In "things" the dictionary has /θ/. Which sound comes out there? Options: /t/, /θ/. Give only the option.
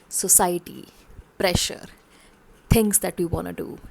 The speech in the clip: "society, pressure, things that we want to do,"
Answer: /t/